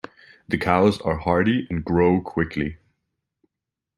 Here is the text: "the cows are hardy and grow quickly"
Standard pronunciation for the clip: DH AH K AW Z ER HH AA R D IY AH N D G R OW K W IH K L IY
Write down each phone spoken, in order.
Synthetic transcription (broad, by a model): DH AH K AW Z ER HH AA R D IY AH N G R OW K W IH K L IY